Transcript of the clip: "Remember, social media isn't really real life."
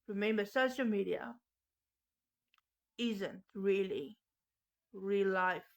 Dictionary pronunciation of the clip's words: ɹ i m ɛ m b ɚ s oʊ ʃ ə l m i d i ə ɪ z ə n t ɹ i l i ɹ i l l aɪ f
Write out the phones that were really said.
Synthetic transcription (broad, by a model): ɹ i m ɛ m b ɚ s oʊ ʃ ə l m i d i ə ɪ z ə n t ɹ i l i ɹ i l l aɪ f